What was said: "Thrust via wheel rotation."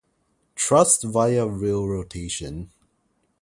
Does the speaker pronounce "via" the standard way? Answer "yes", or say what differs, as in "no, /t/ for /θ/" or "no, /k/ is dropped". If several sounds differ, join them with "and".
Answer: yes